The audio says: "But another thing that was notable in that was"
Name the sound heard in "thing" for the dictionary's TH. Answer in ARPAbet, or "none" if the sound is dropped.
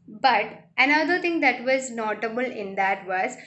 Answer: T